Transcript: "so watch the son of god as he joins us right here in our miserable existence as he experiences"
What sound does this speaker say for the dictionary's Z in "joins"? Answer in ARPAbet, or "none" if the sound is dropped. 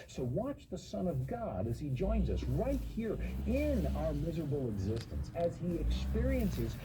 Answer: Z